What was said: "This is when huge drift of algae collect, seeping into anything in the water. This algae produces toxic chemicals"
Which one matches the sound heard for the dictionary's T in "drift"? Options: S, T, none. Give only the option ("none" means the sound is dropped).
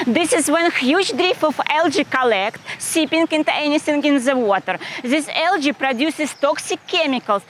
none